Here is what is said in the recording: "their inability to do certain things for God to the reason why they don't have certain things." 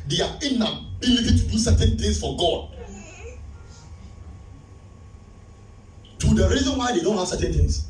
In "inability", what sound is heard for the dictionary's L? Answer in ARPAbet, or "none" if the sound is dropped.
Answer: N